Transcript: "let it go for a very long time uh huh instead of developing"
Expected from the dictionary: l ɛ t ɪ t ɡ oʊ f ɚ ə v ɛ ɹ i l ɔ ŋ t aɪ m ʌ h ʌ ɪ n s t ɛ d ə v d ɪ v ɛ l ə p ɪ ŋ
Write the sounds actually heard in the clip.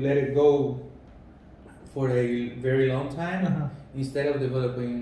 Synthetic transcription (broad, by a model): l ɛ t ɪ t ɡ oʊ f ɚ ə v ɛ ɹ i l ɔ ŋ t aɪ m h ɪ n s t ɛ d ə v d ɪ v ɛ l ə p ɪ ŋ